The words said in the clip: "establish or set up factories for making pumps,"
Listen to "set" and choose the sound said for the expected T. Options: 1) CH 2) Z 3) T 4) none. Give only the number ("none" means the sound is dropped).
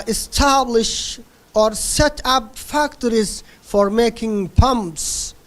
3